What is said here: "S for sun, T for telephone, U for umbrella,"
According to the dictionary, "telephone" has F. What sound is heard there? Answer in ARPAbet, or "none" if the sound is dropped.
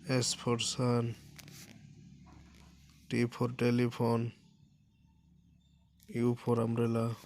P